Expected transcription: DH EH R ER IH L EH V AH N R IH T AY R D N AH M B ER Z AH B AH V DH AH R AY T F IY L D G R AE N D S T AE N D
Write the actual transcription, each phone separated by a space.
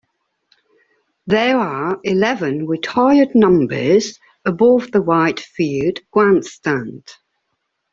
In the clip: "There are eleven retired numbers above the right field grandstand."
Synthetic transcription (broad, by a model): DH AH R ER IH L EH V AH N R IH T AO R D N AH M B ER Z AH B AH V DH AH W AY T F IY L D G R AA N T S T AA N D